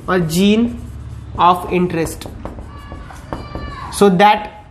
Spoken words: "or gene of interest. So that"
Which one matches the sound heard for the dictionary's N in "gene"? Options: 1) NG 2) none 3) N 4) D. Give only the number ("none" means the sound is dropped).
3